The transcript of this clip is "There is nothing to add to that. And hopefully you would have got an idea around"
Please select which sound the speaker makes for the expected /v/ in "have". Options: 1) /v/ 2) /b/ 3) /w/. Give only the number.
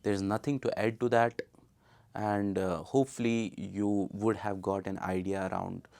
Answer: 1